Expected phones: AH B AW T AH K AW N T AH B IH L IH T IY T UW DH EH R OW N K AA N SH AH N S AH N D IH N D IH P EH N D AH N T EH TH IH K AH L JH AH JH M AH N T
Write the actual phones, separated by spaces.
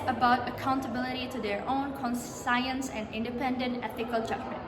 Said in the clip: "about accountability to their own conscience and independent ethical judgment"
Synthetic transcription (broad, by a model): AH B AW T AH K AW N T AH B IH L IH T IY T UW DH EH R OW N K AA N S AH N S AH N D IH N D IH P EH N D AH N T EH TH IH K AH L JH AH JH M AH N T